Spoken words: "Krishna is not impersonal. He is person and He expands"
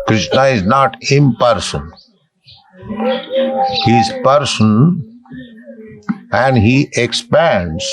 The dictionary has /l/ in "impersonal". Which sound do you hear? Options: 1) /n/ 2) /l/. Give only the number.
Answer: 1